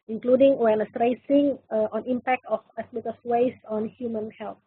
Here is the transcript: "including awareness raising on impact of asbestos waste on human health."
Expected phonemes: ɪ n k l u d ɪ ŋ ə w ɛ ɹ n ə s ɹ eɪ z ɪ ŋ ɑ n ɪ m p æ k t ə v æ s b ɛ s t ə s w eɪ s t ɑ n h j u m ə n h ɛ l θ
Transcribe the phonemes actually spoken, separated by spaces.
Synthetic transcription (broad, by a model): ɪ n k l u d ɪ ŋ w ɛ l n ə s ɹ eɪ s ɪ ŋ ɑ n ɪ m p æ k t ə f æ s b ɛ t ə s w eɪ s ɑ n h j u m ə n h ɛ l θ